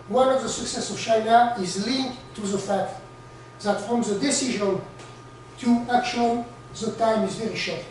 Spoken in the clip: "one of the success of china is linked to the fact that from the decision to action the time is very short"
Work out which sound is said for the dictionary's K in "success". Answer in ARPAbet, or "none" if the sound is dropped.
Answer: K